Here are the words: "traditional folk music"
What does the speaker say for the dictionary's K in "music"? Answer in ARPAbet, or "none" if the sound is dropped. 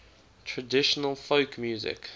K